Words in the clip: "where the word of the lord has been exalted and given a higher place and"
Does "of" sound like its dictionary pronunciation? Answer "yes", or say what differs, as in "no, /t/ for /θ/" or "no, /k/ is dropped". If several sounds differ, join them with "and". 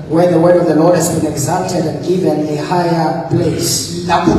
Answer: yes